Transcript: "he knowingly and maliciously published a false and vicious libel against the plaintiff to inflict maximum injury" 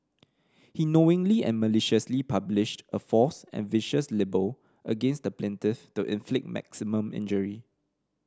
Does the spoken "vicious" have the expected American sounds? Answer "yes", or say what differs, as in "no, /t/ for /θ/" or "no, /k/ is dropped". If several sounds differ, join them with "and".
yes